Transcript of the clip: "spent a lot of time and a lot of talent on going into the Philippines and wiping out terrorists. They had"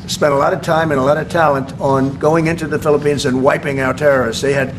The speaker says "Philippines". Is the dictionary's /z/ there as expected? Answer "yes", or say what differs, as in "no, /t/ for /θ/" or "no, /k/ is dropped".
yes